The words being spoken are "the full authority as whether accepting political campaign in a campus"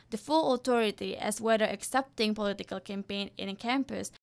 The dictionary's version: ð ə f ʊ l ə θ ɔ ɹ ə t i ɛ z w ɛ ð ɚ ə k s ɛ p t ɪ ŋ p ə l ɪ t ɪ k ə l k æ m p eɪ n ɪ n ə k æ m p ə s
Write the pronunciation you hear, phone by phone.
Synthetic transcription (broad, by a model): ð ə f ʊ l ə t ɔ ɹ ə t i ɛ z w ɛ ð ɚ ə k s ɛ p t ɪ ŋ p ə l ɪ t ɪ k ə l k æ m p eɪ n ɪ n k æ m p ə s